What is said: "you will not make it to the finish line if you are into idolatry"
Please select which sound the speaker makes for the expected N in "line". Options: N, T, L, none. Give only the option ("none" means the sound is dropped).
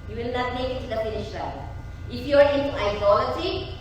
none